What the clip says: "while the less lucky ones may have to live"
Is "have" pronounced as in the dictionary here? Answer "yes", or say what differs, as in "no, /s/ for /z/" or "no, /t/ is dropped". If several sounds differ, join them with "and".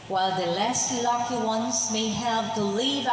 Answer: no, /p/ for /v/